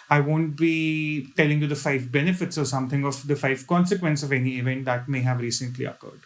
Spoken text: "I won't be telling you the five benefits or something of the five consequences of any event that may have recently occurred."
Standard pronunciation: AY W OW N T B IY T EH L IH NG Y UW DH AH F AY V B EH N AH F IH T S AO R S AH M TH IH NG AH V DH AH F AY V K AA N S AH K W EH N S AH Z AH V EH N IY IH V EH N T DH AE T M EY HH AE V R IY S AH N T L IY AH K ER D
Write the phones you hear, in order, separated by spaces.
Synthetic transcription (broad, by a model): AY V OW N T B IY T EH L IH NG Y UW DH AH F AY V B EH N AH F IH T S AO R S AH M T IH NG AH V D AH F AY V K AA N S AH K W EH N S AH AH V EH N IY IH V EH N T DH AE T M EY HH AE V R IY S AH N T L IY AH K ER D